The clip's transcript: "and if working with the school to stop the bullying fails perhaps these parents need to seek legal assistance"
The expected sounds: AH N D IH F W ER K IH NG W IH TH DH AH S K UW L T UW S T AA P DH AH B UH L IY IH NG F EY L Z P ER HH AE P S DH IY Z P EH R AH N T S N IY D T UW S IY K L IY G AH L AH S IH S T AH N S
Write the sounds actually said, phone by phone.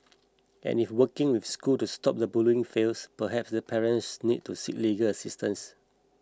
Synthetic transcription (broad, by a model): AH N IH F W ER K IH NG W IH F S K UW L T UW S T AA P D AH B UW L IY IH NG F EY L S P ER HH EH P S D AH P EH R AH N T S N IY D T UW S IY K L IY G AH L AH S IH S T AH N S